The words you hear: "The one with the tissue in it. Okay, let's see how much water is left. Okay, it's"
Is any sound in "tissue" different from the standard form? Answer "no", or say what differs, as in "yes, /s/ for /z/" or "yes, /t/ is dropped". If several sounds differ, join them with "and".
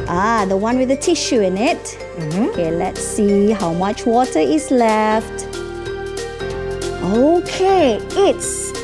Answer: no